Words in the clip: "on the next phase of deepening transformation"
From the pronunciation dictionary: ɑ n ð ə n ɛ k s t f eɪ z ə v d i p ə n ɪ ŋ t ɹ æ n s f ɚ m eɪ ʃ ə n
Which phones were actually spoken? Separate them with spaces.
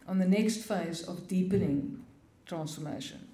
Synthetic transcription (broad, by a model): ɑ n ð ə n ɛ k s t f eɪ z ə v d i p ə n ɪ ŋ t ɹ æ n s f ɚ m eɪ ʃ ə n